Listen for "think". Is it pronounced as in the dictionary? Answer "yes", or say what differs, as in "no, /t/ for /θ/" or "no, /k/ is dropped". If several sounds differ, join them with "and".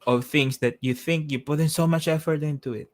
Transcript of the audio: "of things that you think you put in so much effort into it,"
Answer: yes